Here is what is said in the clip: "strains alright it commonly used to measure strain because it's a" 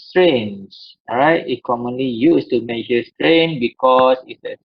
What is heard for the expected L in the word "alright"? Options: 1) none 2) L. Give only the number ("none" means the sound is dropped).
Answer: 1